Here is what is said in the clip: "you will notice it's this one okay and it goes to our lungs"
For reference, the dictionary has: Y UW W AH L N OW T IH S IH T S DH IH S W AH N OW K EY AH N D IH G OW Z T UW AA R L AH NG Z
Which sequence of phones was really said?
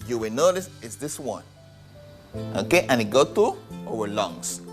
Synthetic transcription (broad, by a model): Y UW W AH N OW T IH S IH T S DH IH S W AH N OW K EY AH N IH G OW T UW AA W L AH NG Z